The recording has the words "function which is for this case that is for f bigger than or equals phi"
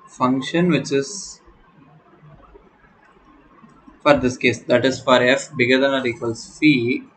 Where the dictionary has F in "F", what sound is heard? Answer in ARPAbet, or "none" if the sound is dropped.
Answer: F